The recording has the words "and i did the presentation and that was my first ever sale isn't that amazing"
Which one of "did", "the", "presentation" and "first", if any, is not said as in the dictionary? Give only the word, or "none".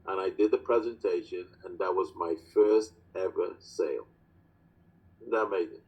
none